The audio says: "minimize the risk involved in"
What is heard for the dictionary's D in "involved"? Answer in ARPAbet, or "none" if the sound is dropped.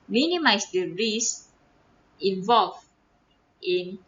none